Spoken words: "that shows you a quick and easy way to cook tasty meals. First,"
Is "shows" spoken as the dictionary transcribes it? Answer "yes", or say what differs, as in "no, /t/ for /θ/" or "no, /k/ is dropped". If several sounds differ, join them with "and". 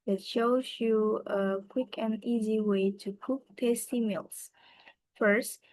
yes